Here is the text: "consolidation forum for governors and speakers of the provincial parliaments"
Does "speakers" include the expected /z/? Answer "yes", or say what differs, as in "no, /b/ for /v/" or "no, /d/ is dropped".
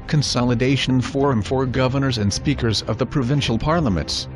yes